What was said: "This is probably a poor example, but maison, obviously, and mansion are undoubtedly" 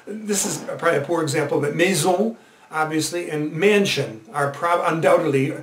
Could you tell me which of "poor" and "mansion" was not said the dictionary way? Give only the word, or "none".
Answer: none